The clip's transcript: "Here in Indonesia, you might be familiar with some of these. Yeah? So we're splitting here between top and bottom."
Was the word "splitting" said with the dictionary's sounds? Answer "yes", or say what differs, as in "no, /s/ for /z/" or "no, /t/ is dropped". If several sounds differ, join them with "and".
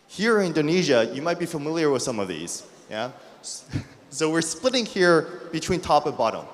yes